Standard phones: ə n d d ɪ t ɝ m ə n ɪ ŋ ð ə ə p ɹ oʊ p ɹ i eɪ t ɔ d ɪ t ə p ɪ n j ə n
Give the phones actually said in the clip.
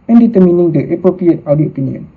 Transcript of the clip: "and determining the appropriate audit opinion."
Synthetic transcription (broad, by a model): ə n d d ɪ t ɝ m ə n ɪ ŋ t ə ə p ɹ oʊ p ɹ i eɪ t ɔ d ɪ ə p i n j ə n